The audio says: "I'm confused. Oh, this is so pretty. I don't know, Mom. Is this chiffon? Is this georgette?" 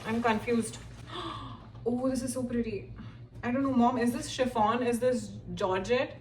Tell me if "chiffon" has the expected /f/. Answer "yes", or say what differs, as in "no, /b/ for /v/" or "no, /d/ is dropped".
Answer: yes